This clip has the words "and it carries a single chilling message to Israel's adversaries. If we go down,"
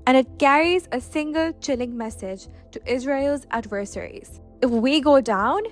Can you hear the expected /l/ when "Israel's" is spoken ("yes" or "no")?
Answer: yes